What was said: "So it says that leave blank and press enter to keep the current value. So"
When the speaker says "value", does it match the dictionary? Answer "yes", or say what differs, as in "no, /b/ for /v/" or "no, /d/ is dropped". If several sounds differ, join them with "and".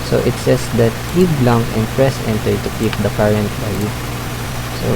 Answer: no, /b/ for /v/ and /l/ is dropped